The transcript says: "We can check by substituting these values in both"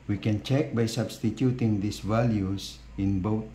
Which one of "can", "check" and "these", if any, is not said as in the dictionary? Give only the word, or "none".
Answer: these